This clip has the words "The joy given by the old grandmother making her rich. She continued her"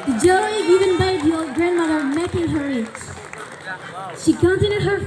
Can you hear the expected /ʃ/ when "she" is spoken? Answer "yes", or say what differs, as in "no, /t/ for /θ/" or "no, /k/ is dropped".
yes